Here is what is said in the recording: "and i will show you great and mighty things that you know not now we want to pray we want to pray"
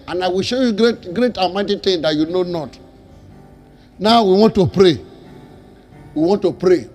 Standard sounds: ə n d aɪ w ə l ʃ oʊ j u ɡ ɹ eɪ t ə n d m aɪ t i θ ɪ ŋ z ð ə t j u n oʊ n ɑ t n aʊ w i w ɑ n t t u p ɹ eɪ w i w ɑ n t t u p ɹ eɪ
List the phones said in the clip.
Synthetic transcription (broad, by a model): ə n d aɪ w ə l ʃ oʊ j u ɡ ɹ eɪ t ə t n m aɪ t i t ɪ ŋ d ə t j u n oʊ n ɑ t n aʊ w i w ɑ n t t u p ɹ eɪ w i w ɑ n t t u p ɹ eɪ